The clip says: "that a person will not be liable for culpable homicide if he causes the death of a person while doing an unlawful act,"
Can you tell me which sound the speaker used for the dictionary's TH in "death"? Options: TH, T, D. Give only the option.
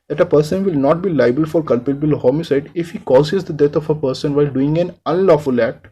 T